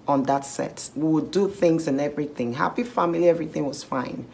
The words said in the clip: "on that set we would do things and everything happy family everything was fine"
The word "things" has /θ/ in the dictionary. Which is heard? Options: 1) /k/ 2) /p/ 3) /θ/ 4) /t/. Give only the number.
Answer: 3